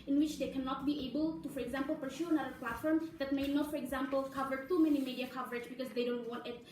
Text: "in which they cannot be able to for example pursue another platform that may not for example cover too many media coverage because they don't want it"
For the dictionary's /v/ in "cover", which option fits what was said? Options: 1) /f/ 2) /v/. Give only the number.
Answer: 2